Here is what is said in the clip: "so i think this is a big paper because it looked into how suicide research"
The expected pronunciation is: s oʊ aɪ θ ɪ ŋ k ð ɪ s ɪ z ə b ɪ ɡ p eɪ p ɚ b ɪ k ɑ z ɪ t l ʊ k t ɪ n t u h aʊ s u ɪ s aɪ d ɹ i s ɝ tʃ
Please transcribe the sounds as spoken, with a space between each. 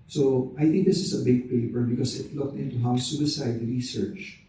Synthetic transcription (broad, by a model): s oʊ aɪ t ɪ ŋ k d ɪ s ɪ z ə b ɪ ɡ p eɪ p ɚ b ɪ k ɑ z ɪ t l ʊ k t ɪ n t u h aʊ s u ɪ s aɪ d ɹ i s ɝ tʃ